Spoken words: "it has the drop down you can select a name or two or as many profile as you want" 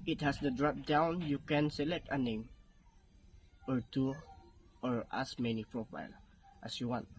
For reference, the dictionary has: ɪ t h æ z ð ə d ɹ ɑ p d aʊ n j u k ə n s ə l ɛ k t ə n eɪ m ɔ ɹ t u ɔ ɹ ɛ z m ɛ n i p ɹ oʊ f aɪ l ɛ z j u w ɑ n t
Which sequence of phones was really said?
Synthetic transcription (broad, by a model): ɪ t h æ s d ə d ɹ ɑ p d aʊ n j u k ə n s ə l ɛ k t ə n eɪ m ɔ ɹ t u ɔ ɹ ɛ s m ɛ n i p ɹ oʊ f aɪ l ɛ s j u w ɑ n t